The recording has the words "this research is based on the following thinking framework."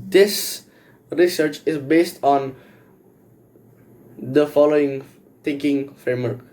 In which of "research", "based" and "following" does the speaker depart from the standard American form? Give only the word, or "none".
none